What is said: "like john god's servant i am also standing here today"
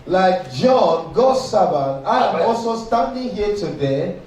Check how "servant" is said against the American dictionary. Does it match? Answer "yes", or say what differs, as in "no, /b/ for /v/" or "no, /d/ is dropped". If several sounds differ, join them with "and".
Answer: no, /b/ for /v/